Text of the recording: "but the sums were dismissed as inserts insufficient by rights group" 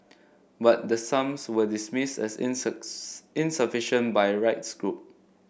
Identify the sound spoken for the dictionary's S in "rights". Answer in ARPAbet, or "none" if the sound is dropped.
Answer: S